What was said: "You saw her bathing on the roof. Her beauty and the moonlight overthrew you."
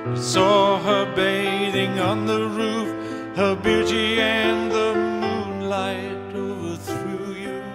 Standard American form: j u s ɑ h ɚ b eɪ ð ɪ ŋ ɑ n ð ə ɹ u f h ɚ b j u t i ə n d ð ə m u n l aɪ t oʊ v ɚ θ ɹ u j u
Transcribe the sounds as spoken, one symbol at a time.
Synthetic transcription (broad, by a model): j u s ɑ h ɚ b eɪ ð ɪ ŋ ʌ n ð ə ɹ u f h ɚ b j u t i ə n ð ə m u n l aɪ t oʊ v ɚ θ ɹ u j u